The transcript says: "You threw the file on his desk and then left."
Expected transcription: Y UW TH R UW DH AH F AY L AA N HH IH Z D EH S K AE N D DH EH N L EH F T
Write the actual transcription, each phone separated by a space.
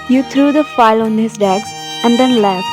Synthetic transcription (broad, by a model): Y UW T R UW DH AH F AY L AA N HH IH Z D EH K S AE N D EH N L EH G